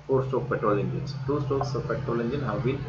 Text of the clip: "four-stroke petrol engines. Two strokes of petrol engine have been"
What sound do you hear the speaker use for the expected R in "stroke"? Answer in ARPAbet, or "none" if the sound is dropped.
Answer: none